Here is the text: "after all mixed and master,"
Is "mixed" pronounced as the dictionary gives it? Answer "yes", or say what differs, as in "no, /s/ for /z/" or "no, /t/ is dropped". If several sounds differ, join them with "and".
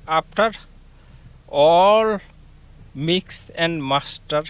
no, /t/ is dropped